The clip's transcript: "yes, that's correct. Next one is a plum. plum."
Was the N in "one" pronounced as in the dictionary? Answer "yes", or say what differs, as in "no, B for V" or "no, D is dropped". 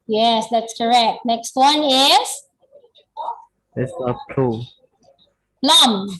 yes